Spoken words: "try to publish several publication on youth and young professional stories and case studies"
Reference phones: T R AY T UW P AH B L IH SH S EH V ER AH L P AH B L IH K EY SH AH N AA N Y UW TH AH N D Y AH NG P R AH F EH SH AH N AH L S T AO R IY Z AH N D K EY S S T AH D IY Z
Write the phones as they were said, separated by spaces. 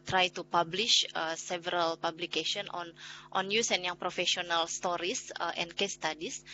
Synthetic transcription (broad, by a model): T R AY T UW P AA B L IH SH S EH V ER AH L P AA B L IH K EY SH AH N AA N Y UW S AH N Y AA NG P R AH F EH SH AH N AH L S T AO R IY S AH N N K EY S S T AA D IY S